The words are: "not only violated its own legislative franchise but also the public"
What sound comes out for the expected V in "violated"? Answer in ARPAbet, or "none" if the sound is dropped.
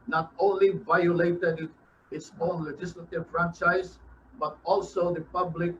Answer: V